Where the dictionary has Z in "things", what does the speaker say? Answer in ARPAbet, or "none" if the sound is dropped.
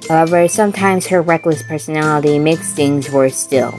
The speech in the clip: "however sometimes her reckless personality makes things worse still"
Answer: Z